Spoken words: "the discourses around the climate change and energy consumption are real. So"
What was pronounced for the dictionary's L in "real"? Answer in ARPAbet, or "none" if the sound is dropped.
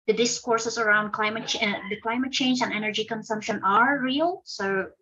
L